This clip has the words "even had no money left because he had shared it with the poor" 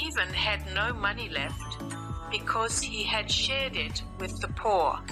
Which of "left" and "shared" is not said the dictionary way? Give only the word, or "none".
none